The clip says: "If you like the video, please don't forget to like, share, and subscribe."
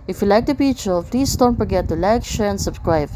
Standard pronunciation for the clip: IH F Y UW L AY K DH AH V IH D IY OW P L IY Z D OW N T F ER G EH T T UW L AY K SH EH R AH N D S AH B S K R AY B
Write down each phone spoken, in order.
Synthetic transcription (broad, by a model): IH F Y UW L AY K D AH P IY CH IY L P L IY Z D OW N T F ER G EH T T UW L AY K SH EH R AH N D S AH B S K R AY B